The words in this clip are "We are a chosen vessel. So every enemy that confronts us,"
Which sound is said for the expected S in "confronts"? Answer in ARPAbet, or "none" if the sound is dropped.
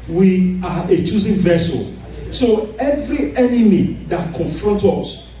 none